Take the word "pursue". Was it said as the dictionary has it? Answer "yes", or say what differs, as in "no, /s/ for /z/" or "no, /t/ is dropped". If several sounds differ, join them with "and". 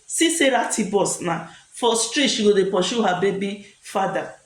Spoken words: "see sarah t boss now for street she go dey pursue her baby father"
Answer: no, /ʃ/ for /s/